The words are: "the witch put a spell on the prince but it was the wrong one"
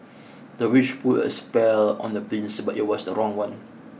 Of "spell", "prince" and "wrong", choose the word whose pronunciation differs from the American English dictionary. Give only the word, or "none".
prince